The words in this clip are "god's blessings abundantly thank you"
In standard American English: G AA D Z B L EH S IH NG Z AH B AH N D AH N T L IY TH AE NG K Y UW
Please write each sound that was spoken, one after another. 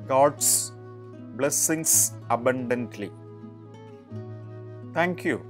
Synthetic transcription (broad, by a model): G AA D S B L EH S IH NG S AH B AH N D AH N T L IY T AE NG K Y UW